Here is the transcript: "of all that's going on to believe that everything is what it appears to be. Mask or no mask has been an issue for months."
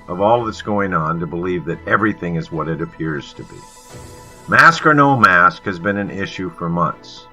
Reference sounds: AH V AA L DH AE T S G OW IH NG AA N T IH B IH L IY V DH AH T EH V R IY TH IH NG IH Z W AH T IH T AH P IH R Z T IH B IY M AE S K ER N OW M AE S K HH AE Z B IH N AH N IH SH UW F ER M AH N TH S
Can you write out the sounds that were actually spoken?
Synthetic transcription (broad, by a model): AH V AA L DH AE T S G OW IH NG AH N T IH B IH L IY V DH AH T EH V R IY TH IH NG IH Z W AH T IH T AH P IH R Z T IH B IY M AE S K ER N OW M AE S K HH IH Z B IH N AH N IH SH UW F ER M AH N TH S